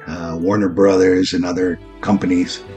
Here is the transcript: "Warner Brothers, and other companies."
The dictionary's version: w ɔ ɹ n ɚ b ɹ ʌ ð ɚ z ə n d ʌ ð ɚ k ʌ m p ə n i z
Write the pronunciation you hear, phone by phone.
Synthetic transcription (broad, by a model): w ɔ ɹ n ɚ b ɹ ʌ ð ɚ z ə n ʌ ð ɚ k ʌ m p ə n i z